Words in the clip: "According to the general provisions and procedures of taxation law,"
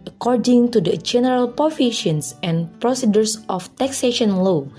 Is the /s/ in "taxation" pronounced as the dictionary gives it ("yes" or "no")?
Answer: yes